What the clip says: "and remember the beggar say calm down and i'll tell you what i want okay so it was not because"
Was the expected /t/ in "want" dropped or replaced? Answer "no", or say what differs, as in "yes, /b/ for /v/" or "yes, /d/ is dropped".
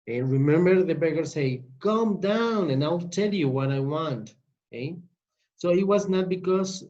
no